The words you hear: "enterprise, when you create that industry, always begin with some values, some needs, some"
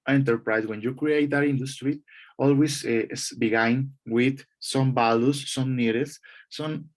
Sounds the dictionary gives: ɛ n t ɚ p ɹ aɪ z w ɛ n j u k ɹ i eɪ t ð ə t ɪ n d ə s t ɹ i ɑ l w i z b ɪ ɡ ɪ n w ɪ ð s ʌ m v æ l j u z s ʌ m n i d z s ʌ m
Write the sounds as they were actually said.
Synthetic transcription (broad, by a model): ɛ n t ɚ p ɹ aɪ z w ɛ n j u k ɹ i eɪ t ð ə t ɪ n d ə s t ɹ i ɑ l w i s b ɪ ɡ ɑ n w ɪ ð s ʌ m b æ l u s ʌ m n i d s s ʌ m